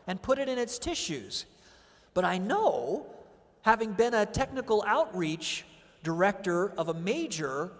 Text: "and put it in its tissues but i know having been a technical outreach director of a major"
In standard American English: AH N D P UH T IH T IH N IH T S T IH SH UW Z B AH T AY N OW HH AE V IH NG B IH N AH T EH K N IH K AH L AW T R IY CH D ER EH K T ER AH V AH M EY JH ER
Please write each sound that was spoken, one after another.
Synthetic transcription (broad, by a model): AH N P UH T IH T IH N IH T S T IH SH UW Z B AH T AY N OW HH AE V IH NG B IH N AH T EH K N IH K L AW T R IY CH D ER EH K T ER AH V AH M EY JH ER